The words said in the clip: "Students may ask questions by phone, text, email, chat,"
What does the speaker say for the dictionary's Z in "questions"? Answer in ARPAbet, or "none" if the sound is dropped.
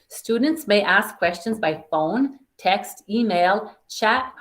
Z